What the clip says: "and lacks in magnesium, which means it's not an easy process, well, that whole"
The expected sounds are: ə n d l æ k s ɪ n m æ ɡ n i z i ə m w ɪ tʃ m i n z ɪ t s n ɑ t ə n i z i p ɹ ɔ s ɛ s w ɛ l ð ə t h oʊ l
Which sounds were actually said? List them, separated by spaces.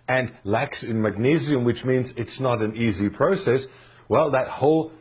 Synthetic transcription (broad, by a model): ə n l æ k s ɪ n m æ ɡ n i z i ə m w ɪ tʃ m i n z ɪ t s n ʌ t ə n i z i p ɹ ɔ s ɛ s w ɛ l ð ə t h oʊ l